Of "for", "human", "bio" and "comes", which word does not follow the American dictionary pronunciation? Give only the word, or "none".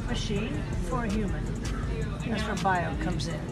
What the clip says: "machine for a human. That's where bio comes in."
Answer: none